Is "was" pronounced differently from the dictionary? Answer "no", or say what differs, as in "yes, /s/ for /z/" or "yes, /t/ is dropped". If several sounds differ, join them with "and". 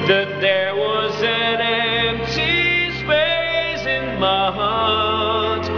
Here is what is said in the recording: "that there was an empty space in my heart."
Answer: no